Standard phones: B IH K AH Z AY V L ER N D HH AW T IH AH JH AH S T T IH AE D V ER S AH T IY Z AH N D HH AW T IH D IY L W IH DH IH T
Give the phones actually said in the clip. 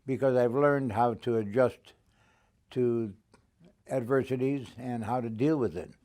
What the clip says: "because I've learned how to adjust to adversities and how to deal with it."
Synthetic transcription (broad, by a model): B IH K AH Z AY V L ER N D HH AW T IH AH JH AH S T T IH AE D V ER S AH T IY Z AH N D HH AW T IH D IY L W IH DH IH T